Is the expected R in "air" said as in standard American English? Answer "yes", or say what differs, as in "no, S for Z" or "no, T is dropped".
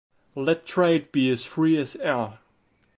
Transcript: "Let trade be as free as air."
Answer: no, L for R